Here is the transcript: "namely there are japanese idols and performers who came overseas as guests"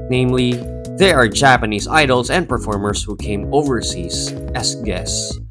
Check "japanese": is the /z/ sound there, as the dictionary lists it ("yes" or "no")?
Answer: yes